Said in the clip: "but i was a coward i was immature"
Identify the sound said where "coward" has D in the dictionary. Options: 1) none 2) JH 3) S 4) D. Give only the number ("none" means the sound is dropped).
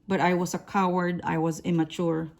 4